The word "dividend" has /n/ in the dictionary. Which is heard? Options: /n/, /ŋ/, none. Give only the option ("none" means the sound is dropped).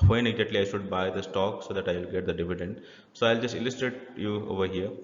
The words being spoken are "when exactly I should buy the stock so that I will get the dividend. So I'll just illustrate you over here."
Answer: /n/